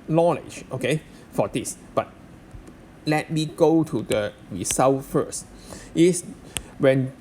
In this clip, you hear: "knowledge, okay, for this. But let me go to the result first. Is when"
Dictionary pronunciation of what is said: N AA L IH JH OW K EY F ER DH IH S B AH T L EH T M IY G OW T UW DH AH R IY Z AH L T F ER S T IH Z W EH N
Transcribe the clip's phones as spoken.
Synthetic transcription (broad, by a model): N AA L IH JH OW K EY F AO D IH S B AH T L EH T M IY G OW T UW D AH R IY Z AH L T F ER S T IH S W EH N